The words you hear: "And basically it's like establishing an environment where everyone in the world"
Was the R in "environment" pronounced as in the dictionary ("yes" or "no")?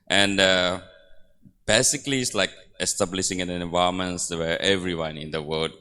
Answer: no